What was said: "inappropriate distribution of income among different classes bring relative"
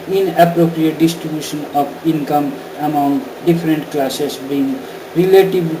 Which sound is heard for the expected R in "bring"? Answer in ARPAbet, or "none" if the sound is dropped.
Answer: none